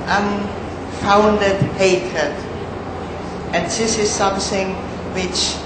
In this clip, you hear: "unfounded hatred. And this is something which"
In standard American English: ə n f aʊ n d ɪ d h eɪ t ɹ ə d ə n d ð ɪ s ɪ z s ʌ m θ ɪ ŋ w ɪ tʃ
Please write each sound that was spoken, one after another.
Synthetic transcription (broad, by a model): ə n f aʊ n d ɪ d h eɪ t ə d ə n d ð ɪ s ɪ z s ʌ m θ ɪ ŋ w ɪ tʃ